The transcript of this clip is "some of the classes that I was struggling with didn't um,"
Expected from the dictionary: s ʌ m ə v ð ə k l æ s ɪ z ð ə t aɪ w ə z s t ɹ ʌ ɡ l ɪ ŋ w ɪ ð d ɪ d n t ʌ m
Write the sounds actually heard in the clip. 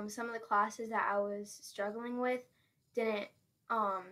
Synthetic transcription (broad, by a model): s ʌ m ə v ð ə k l æ s ɪ z ð ə t aɪ w ə z s t ɹ ʌ ɡ l ɪ ŋ w ɪ ð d ɪ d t t ʌ m